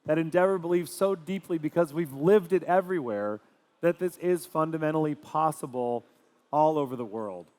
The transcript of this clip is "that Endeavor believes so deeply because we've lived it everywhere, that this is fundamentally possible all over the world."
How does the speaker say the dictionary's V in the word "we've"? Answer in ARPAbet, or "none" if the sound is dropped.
V